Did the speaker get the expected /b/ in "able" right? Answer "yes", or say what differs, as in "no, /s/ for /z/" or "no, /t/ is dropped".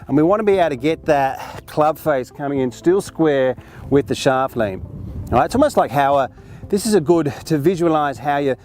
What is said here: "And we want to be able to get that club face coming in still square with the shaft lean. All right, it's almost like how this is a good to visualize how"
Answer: no, /b/ is dropped